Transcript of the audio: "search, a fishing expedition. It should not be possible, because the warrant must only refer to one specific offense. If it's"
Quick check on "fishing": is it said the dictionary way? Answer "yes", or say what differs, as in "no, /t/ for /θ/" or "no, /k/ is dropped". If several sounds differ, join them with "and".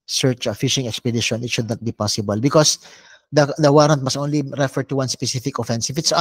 yes